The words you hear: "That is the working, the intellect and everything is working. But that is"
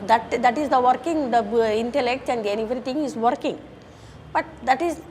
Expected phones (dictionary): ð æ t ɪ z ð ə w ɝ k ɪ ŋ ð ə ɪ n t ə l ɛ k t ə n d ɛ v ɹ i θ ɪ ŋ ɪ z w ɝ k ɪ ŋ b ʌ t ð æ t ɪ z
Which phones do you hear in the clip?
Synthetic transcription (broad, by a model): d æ t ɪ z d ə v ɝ k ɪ ŋ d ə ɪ n t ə l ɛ k t ə n d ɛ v ɹ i t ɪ ŋ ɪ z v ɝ k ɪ ŋ b ʌ t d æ t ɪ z